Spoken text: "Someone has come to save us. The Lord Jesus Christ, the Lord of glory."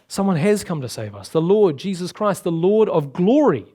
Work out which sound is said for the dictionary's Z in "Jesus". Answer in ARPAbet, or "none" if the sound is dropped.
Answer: Z